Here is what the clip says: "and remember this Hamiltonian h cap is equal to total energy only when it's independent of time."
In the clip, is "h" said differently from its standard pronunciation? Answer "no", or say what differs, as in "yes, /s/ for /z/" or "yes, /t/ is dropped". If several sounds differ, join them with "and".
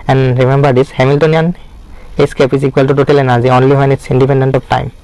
yes, /s/ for /tʃ/